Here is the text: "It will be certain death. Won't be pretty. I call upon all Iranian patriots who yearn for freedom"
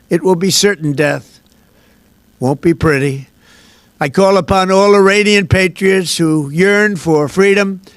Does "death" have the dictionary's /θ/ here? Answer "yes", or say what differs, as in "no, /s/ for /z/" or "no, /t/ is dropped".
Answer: yes